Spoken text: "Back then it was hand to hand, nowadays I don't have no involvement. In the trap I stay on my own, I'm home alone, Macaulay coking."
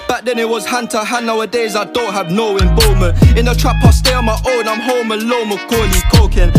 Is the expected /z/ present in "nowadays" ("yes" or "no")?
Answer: yes